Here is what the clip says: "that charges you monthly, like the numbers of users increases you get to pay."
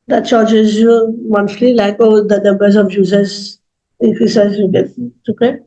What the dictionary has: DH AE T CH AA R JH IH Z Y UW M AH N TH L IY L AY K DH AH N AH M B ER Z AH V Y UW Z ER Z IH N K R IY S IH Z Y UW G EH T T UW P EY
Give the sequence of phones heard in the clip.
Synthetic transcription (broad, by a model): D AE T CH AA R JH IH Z Y UW M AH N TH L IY L AY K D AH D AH B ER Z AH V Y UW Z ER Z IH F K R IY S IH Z Y UW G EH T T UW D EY